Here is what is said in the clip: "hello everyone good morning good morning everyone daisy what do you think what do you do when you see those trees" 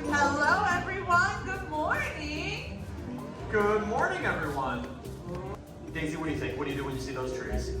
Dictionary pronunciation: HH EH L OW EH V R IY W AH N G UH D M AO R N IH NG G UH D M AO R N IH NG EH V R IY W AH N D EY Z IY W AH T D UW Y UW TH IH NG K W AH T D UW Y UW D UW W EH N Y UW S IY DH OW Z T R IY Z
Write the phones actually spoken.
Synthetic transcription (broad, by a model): HH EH L OW EH V R IY W AH N G UH D M AO R N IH NG G UH D M AO R N IH NG EH V R IY W AH N D EY Z IY W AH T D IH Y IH T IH K W AH T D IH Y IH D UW W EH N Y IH S IY DH OW Z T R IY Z